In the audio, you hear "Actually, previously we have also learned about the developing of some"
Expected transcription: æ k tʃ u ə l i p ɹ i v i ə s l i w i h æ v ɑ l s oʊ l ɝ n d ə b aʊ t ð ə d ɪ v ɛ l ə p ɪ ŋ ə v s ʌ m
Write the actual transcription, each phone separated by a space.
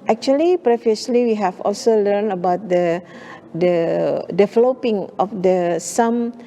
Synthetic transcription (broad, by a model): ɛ k tʃ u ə l i p ɹ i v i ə s l i w i h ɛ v ɑ l s oʊ l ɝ n ə b aʊ t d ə d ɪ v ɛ l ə p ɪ ŋ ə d s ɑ m